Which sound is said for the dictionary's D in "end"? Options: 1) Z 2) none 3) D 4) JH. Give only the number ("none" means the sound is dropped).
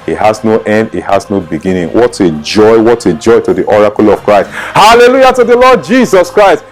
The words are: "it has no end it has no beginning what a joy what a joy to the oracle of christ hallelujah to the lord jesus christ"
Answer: 3